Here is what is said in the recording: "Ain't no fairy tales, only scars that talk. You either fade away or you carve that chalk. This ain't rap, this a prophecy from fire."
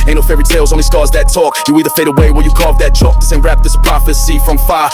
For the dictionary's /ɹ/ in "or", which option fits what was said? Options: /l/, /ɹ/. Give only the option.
/l/